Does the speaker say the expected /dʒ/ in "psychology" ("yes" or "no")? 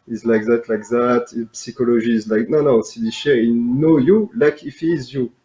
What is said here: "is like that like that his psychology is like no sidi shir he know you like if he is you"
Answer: no